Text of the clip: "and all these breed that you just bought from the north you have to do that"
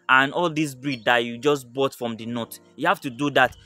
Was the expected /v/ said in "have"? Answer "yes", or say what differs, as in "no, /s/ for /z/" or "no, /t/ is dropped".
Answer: no, /f/ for /v/